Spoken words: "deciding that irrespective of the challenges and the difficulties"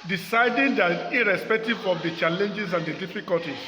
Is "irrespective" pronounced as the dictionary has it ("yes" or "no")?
yes